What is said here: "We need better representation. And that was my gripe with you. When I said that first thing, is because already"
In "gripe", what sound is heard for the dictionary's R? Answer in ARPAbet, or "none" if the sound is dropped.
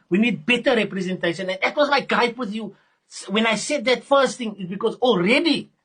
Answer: none